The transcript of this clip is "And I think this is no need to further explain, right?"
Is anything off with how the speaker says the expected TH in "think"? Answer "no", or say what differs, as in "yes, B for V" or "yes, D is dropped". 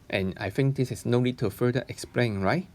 yes, F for TH